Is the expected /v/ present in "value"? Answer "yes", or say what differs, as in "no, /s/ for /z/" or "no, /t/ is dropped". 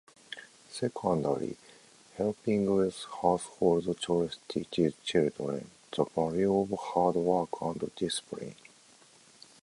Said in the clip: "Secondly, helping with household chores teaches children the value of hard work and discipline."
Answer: no, /b/ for /v/